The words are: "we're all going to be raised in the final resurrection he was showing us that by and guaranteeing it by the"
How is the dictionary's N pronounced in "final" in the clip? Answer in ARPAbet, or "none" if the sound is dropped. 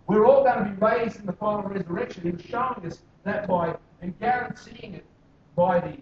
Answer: L